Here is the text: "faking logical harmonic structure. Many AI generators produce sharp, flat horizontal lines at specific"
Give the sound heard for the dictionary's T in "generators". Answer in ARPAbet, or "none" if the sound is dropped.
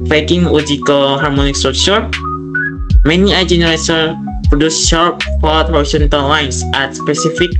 S